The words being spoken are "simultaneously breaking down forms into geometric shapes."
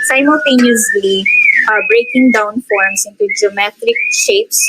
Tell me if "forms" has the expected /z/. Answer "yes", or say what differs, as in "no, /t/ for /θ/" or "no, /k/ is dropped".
no, /s/ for /z/